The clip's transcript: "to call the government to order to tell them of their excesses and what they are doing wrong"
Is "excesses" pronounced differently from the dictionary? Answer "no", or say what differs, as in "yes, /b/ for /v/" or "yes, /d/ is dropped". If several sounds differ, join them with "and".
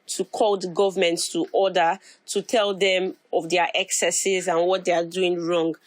no